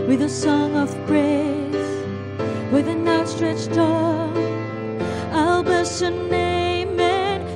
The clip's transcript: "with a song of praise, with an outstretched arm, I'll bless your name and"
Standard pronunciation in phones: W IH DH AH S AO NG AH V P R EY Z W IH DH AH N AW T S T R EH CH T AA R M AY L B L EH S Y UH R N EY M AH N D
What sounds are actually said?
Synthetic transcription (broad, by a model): W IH DH AH S AO NG AH V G R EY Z W IH DH AH N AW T S T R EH CH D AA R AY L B EH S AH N N EY M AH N